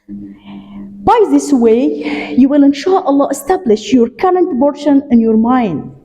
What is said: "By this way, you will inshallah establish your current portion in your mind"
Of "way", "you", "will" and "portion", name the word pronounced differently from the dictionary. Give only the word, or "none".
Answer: portion